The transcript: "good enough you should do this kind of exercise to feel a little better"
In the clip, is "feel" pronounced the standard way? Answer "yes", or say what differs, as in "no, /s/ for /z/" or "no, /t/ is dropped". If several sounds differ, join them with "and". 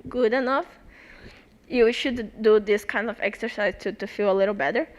yes